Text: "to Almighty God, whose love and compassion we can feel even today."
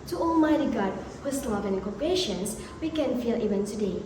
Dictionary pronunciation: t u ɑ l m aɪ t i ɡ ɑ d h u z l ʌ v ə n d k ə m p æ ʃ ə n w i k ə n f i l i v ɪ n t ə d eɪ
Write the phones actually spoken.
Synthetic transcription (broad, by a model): t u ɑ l m aɪ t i ɡ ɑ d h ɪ s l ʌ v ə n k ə p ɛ ʃ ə n w i k ə n f i l i v ɪ n t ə d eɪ